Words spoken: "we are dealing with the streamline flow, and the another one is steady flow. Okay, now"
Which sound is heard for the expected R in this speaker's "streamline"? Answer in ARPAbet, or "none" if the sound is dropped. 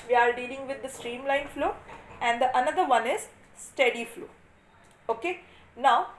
R